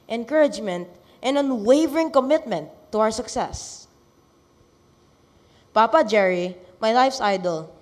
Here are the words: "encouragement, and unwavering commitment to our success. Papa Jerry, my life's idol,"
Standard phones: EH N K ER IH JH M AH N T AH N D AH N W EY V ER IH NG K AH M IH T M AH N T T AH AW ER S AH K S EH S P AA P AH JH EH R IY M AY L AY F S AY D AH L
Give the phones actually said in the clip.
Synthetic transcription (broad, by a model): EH N K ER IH JH M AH N T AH N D AH N W EY V ER IH NG K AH M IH T M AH N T T AH AW ER S AH K S EH S P AA P AH JH EH R IY M AY L AY F S AY D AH L